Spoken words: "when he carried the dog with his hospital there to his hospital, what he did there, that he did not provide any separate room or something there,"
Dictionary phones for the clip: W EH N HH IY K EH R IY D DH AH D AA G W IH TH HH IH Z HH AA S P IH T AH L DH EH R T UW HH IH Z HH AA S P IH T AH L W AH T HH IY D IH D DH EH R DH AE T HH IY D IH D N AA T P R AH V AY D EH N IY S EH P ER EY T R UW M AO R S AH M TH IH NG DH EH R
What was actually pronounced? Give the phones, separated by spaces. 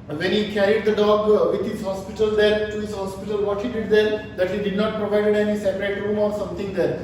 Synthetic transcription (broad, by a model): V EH N HH IY K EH R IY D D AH D AA G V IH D HH IH Z HH AA S P IH T AH L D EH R T UW HH IH Z HH AA S P IH T AH L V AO T HH IY D IH D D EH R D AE T HH IY D IH D N AA T P R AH V AY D EH N IY S EH P ER EY T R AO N AO R S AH M T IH NG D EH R